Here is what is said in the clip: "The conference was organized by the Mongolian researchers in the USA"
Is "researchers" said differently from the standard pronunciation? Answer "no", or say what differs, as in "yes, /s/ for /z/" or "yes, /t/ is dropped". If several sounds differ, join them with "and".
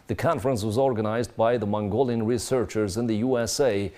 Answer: no